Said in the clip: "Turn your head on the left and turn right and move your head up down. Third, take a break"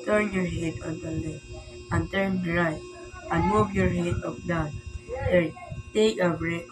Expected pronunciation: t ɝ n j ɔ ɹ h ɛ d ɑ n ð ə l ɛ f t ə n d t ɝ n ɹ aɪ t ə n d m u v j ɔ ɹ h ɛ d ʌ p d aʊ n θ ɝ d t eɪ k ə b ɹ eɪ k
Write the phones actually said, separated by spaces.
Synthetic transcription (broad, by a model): t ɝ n j ɔ ɹ h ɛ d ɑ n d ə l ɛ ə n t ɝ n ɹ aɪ ə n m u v j ɔ ɹ h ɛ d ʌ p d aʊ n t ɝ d t eɪ k ə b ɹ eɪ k